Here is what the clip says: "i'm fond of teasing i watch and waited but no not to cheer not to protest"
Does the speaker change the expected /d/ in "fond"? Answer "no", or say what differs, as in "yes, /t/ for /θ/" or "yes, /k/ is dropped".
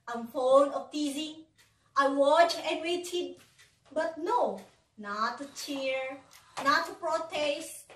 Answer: yes, /d/ is dropped